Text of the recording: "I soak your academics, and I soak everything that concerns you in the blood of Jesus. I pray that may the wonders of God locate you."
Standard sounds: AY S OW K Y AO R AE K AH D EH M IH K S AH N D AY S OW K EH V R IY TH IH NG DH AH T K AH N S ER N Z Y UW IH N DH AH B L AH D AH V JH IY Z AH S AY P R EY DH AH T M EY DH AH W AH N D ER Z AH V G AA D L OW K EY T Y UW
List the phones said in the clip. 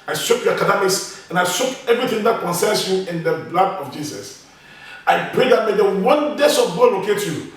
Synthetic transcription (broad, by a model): AY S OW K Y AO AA K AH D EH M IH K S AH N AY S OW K EH V R IY TH IH NG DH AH T K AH N S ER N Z Y UW IH N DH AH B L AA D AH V JH IY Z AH S AY P R EY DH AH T M EY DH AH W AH N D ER S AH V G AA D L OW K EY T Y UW